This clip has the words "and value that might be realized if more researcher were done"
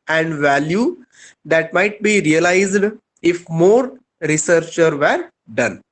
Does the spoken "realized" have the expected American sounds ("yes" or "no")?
yes